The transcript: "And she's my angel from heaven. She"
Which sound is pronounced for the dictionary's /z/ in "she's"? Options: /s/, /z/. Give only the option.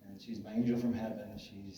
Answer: /z/